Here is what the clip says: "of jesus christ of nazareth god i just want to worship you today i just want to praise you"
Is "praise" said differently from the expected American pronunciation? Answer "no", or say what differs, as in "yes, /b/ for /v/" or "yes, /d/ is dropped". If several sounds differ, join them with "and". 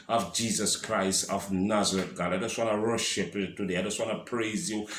no